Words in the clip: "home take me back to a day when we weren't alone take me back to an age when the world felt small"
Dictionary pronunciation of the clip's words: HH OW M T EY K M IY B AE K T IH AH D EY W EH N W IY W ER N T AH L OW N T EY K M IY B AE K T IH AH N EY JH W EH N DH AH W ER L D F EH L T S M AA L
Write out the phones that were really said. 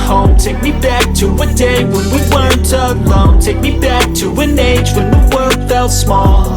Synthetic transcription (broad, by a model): HH OW M T EY K M IY B AE K T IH AH D EY W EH N W IY W ER N T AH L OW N T EY K M IY B AE K T IH AH N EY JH W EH N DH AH W ER L D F EH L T S M AA L